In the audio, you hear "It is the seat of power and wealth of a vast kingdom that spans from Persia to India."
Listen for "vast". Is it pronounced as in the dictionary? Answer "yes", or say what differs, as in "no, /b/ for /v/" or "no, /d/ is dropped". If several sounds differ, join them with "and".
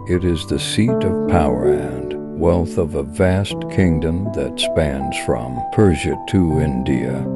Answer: yes